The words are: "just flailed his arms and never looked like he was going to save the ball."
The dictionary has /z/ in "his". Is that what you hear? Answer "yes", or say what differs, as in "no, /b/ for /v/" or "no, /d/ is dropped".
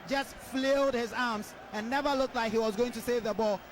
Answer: yes